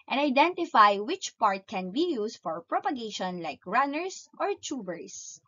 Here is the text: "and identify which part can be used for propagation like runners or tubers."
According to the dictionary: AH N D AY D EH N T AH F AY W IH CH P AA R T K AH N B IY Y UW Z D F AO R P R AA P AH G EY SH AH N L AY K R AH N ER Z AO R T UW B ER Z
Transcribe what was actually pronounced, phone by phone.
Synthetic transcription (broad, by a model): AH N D AY D EH N T AH F AY W IH CH P AA R T K AH N B IY Y UW S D F AO R P R AA P AH G EY SH AH N L AY K R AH N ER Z AO R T UW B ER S